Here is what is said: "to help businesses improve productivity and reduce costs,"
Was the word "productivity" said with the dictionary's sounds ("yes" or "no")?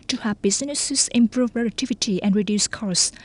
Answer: no